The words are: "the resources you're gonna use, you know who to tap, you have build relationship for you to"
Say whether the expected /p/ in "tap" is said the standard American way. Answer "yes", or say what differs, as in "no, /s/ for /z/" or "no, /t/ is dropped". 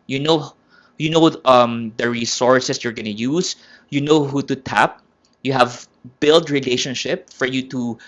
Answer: yes